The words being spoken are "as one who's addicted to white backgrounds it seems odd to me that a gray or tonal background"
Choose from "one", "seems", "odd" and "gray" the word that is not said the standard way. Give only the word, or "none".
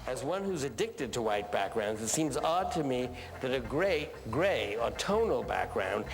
none